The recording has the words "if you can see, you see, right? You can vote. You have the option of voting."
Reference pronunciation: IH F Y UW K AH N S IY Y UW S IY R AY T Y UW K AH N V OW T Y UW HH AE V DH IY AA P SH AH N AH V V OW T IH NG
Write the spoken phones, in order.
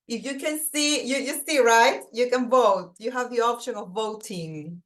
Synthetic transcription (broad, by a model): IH F Y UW K AH N S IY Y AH S IY R AY T Y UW K AH N V OW T Y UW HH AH V DH IY AA P SH AH N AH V V OW T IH NG